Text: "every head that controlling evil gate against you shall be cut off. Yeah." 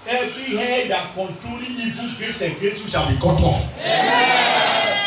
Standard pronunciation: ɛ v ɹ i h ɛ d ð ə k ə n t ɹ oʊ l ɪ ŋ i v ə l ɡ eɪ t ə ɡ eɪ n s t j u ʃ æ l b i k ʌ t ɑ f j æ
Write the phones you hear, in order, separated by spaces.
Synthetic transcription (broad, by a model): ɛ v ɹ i h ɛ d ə k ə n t ɹ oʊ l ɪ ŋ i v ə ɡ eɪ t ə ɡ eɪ s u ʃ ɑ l b i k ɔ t ɑ f